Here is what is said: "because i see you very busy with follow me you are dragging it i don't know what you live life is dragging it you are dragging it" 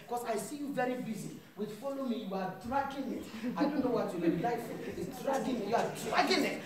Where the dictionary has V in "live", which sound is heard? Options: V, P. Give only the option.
P